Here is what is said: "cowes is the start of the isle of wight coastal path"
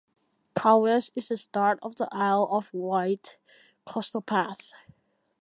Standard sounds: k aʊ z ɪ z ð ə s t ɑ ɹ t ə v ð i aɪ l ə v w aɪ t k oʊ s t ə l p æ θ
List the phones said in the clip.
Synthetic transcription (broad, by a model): k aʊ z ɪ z ð ə s t ɑ ɹ t ə v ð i aɪ l ə v w aɪ t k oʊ s t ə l p æ θ